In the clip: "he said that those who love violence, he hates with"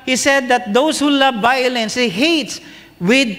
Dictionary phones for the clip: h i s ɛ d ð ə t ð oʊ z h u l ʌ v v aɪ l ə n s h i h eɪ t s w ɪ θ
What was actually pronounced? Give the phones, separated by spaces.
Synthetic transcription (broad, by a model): h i s ɛ d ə t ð oʊ s h u l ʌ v v aɪ l ə n s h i h eɪ t s w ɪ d